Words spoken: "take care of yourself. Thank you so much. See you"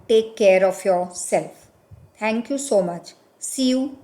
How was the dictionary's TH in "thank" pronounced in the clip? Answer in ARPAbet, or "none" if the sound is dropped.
T